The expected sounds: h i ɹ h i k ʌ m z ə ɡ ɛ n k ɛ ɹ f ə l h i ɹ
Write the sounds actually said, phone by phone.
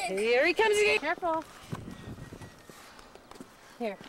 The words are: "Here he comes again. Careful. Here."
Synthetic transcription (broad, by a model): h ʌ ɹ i k ʌ m z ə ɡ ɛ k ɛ ɹ f l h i ɹ